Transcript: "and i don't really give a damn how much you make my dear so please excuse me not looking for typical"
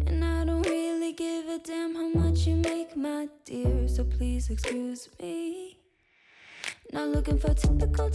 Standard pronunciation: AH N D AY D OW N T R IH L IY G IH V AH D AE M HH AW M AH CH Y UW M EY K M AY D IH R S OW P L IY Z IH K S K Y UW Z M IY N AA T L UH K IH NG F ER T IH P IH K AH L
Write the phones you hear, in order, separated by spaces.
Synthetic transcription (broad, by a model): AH N AY D OW N T R IH L IY G IH V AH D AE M HH AW M AH CH Y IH M EY K M AY D IH R S OW P L IY Z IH K S K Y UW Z M IY N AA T L UH K IH NG F ER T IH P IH K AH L